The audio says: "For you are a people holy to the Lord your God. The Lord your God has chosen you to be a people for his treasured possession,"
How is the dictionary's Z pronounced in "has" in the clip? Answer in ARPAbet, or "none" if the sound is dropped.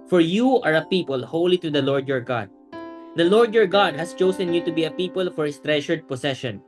S